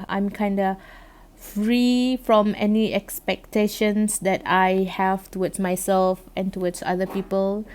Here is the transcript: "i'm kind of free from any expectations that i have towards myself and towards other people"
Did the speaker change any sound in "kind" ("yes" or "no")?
no